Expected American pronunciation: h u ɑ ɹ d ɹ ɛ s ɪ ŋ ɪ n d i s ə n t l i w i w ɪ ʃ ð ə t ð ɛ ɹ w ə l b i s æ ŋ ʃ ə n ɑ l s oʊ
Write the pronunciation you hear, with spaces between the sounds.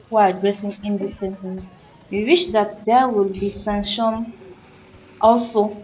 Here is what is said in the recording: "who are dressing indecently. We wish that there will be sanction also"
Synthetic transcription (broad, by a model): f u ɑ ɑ d ɹ ɛ s ɪ ŋ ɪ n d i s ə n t i w i w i ʃ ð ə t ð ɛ w ə l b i s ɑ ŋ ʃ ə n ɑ l s oʊ